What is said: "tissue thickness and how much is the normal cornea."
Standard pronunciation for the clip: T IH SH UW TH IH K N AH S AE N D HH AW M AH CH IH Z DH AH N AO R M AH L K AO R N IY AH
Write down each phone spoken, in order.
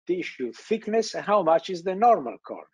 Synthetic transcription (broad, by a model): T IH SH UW TH IH K N AH S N HH AW M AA CH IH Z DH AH N AO R M AH L K AO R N